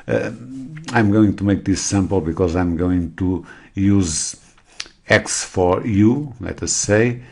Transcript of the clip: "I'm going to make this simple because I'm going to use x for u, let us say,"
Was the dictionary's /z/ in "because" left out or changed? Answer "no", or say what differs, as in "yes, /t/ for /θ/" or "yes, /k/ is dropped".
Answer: no